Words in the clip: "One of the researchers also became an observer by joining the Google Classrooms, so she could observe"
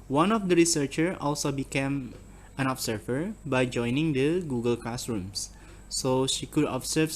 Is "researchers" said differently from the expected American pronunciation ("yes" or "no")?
yes